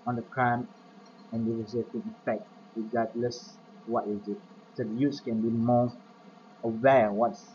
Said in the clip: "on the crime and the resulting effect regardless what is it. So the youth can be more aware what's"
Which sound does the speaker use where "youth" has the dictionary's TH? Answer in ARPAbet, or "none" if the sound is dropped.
S